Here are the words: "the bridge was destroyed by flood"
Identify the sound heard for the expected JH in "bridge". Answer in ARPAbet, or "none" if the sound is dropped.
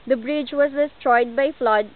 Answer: JH